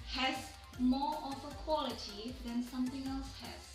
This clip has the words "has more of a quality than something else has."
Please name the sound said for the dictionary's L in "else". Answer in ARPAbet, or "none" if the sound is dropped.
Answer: L